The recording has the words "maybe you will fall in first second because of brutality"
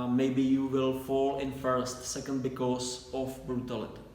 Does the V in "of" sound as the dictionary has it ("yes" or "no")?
no